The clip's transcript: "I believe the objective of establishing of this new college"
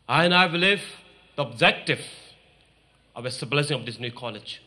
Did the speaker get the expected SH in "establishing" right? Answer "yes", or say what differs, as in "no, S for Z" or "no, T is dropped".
no, S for SH